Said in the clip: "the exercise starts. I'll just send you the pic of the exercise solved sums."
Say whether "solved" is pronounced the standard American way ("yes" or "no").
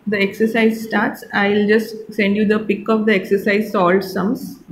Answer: no